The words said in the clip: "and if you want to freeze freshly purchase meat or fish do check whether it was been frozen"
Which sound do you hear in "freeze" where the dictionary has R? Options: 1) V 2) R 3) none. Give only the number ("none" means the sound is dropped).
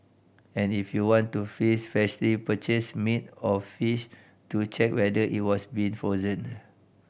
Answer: 3